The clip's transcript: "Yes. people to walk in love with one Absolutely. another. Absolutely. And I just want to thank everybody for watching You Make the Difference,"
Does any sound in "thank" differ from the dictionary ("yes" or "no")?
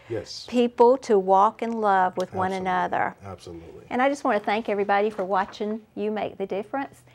no